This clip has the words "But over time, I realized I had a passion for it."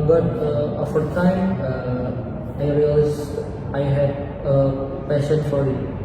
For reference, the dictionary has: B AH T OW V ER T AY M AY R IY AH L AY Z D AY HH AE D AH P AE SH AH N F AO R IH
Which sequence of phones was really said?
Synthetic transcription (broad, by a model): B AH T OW F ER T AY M AY R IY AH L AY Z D AY HH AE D AH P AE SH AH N F AO R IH